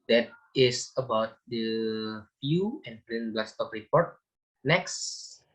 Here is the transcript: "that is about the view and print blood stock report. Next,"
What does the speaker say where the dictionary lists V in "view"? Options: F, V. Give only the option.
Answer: F